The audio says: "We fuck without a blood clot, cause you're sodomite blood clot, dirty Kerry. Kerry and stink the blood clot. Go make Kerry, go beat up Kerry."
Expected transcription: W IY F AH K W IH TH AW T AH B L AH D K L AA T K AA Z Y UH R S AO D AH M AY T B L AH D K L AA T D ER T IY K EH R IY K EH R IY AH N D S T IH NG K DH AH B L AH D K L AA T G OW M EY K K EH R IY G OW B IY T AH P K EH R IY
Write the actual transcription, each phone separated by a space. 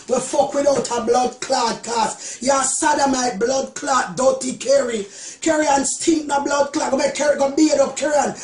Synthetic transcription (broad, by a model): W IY F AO K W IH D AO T AH B L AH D K L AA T K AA S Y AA S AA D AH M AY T B L AH D K L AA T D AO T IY K EH R IY K EH R IY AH N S T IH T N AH B L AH D K L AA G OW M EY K K EH R IY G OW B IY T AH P K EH R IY